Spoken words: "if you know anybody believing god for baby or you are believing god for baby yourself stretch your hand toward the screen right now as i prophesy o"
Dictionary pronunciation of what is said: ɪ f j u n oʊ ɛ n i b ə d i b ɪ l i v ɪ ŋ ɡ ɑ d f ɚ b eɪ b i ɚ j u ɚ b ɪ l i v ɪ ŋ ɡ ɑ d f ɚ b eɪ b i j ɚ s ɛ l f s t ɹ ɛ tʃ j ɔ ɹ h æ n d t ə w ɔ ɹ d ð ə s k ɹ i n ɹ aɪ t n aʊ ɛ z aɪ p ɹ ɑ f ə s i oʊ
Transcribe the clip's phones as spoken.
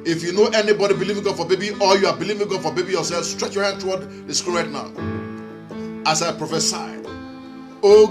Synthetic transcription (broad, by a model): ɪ f j u n oʊ ɛ n i b ə d i b ɪ l i v ɪ ŋ ɡ ɑ d f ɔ b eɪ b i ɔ j u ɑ b ɪ l i v ɪ ŋ ɡ ɑ d f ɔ b eɪ b i j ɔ s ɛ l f s t ɹ ɛ tʃ j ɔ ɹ h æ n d t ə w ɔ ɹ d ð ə s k u l ɹ aɪ t n aʊ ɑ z aɪ p ɹ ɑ f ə s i oʊ